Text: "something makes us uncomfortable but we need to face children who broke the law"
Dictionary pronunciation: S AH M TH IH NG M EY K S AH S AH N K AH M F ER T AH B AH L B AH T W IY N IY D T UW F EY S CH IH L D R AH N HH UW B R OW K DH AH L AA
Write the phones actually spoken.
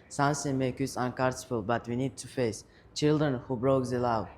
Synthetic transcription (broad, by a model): S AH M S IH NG M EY K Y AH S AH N K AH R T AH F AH L B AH T W IY N IY D T UW F EY S CH IH L D R AH N HH UW B R OW K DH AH L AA